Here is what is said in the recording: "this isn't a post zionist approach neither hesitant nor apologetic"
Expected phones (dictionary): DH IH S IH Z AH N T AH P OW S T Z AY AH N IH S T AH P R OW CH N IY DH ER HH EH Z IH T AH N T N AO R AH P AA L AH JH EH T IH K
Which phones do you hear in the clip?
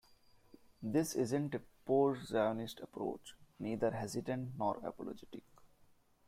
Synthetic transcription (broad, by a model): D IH S IH Z AH N T AH P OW T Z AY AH N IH S T AH P R OW CH N IY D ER HH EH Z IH T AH N T N AO R AH P AA L AH JH EH T IH K